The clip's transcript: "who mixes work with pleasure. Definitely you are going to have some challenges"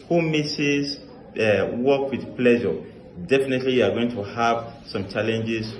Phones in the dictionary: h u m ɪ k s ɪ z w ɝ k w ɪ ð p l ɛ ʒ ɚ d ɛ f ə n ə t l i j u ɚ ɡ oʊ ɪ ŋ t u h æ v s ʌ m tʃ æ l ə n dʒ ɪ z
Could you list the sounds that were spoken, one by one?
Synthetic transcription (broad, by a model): h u m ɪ s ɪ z w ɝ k w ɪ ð p l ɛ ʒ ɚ d ɛ f ə n ə t l i j u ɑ ɡ oʊ ɪ ŋ t u h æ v s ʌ m tʃ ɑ l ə n dʒ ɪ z